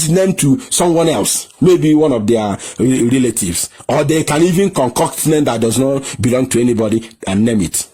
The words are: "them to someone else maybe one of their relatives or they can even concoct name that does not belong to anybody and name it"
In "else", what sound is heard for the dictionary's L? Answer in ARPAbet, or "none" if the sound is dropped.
L